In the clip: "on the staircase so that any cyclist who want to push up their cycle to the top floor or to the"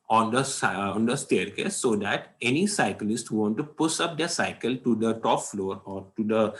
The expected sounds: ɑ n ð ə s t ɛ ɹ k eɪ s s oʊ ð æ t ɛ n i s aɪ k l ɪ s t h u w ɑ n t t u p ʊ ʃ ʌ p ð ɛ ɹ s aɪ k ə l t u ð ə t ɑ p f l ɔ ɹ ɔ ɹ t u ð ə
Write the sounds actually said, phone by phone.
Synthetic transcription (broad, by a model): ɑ n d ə s t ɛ ɹ k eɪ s s oʊ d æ t ɛ n i s aɪ k l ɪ s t h u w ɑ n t t u p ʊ s ʌ p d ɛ ɹ s aɪ k ə l t u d ə t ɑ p f l ɔ ɹ ɔ ɹ t u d ə